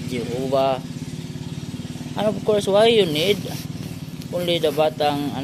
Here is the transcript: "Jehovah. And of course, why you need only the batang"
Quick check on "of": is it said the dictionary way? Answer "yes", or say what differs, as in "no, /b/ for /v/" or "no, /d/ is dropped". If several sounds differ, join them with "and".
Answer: no, /p/ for /v/